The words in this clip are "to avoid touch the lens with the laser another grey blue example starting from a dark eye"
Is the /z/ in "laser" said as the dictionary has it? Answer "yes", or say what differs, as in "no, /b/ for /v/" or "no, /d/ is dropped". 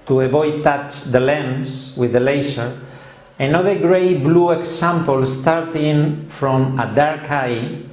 no, /s/ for /z/